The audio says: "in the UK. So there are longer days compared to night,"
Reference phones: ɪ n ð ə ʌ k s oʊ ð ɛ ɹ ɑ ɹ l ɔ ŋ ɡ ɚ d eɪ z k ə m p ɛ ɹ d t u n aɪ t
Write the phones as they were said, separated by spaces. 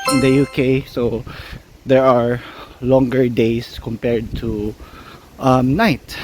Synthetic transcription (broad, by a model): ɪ n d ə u k s oʊ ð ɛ ɹ ɑ ɹ l ɔ ŋ ɡ ɚ d eɪ s k ə m p ɛ ɹ d t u n aɪ t